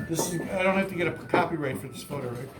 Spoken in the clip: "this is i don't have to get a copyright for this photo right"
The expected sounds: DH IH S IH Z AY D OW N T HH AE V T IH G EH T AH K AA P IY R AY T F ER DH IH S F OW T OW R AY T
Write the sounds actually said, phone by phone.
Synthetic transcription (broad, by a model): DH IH S IH Z AY D OW N T HH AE F T IH G EH T AH K AA P IY R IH T F ER DH IH S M OW T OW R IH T